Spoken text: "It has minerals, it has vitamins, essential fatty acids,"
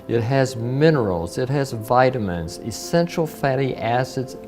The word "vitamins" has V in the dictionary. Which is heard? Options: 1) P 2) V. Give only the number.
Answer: 2